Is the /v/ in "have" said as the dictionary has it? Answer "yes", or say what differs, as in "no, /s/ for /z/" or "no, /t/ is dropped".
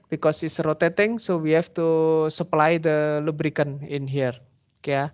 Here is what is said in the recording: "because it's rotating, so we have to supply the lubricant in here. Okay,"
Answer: no, /f/ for /v/